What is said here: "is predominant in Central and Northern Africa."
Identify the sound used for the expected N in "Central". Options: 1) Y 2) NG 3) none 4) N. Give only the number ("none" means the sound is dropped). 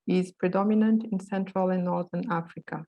4